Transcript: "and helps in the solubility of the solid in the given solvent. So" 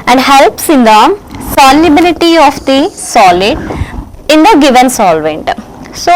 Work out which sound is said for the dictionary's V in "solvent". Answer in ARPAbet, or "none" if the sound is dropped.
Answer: V